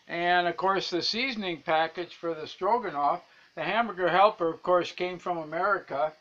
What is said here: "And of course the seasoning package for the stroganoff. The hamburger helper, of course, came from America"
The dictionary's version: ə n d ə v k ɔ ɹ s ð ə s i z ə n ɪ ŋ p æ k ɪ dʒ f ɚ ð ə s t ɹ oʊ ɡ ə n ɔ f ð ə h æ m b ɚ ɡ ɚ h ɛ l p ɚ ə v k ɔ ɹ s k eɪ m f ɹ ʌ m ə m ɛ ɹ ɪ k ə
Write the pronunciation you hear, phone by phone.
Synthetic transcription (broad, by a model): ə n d ə v k ɔ ɹ s ð ə s i z n ɪ ŋ p æ k ɪ dʒ f ɚ ð ə s t ɹ oʊ ɡ ə n ɔ f ð ə h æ m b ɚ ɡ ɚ h ɛ l p ɚ ə v k ɔ ɹ s k eɪ m f ɹ ʌ m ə m ɛ ɹ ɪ k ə